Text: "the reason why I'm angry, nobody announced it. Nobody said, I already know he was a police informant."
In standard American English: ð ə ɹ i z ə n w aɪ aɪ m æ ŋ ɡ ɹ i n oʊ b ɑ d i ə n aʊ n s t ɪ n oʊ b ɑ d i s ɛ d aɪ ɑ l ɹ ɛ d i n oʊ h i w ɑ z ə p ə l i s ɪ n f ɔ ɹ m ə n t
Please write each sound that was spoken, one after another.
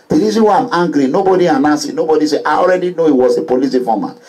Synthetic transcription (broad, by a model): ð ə ɹ i z ə n w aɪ aɪ m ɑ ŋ ɡ ɹ i n oʊ b ɑ d i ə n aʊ s ɪ n oʊ b ɑ d i s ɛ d aɪ ɑ l ɹ ɛ d i n oʊ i w ɑ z ə p ə l i s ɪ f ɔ m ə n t